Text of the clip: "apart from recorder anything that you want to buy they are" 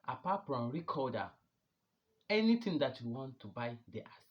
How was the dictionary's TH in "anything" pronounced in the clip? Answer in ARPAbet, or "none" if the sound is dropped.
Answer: T